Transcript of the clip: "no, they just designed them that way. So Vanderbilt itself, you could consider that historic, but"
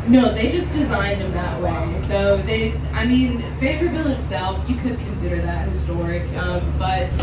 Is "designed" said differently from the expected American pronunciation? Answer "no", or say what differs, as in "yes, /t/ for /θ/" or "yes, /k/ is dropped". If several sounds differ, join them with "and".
no